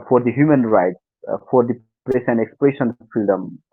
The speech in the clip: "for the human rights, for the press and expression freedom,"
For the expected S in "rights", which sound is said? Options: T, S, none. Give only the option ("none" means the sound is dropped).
S